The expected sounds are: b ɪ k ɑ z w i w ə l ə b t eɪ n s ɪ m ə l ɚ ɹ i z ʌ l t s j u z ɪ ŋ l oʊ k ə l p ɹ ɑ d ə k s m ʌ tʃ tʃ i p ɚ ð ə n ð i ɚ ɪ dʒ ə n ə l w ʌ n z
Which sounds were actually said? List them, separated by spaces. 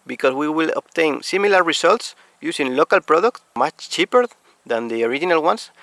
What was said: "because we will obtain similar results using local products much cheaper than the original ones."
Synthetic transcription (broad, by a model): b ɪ k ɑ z w i w ə l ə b t eɪ n s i m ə l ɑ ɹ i s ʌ l t s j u s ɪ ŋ l oʊ k ə l p ɹ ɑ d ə k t m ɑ tʃ tʃ i p ɚ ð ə n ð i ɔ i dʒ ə n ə l w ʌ n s